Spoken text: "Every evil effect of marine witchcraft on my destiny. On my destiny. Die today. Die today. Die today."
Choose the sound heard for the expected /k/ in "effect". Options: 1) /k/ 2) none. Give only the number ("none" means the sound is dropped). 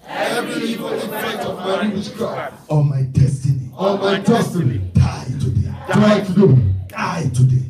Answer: 2